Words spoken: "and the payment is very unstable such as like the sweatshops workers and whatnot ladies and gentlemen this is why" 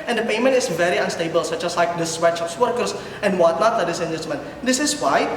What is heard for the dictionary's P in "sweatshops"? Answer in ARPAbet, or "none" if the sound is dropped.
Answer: F